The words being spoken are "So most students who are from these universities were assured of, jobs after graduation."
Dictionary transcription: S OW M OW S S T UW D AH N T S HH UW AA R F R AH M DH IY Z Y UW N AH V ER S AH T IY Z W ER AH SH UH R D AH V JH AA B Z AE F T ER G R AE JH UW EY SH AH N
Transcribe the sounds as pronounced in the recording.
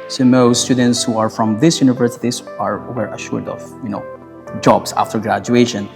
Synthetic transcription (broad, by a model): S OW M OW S S T UW D AH N T S HH UW AA R F R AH M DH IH S Y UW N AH V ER S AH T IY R W ER AH SH UH R D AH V JH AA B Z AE F T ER G R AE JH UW EY SH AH N